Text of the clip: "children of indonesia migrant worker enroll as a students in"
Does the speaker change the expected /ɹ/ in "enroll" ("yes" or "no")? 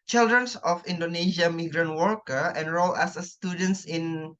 no